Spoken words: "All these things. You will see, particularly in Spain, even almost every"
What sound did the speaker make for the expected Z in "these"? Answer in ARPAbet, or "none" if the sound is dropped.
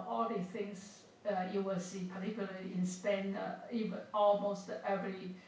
none